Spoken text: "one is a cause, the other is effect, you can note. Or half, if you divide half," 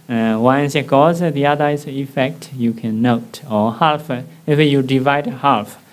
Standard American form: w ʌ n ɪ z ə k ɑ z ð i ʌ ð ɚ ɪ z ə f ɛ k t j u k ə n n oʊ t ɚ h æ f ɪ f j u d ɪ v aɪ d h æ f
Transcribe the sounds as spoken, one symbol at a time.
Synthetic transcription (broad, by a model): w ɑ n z ə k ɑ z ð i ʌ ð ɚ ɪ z ə f ɛ k t j u k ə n n oʊ t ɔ h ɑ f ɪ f j u d ɪ v aɪ d h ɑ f